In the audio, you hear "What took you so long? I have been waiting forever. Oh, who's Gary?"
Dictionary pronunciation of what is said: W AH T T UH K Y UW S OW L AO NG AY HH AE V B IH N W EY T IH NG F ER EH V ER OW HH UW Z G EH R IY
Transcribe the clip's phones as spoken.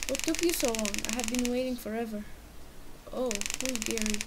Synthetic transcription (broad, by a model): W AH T T UH K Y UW S OW L AO NG AY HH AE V B IH N W EY T IH NG F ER EH V ER OW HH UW G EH R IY